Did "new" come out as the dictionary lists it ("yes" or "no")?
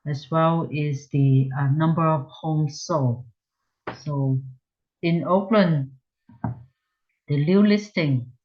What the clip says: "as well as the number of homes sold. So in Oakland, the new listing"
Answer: no